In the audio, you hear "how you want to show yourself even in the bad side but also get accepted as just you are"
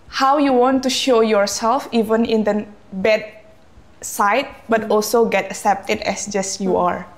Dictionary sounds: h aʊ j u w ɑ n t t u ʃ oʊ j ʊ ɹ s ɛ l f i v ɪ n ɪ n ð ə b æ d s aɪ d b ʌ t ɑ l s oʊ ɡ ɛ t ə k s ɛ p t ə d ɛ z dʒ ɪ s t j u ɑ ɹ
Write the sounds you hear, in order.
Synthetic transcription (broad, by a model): h aʊ j u w ɑ n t t u ʃ oʊ j ʊ ɹ s ɛ l f i v ɪ n ɪ n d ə b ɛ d s aɪ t b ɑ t ɑ l s oʊ ɡ ɛ t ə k s ɛ p t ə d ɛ s dʒ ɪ s j u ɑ ɹ